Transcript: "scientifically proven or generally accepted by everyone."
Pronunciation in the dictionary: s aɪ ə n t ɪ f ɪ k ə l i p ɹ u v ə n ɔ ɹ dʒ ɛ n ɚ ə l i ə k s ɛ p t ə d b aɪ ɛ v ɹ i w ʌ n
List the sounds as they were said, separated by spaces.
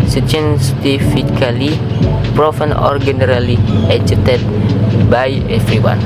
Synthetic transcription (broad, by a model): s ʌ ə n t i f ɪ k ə l i p ɹ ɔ f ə n ɔ ɹ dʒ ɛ n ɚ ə l i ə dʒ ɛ t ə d b aɪ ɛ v ɹ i w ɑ n